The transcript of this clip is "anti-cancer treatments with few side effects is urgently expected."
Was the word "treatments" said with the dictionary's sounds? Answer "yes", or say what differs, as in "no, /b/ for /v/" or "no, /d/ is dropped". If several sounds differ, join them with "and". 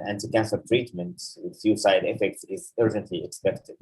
no, /s/ is dropped